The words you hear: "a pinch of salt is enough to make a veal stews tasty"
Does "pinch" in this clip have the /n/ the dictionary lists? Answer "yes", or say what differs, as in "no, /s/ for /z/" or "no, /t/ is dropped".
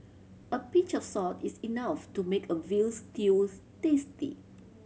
no, /n/ is dropped